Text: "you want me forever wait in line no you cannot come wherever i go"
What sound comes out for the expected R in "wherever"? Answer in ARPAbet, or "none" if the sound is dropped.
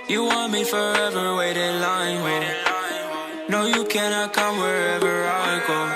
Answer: R